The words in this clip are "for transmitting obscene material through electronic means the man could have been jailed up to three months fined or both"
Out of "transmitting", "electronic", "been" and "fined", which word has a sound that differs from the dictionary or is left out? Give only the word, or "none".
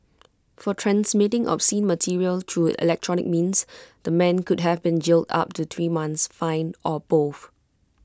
fined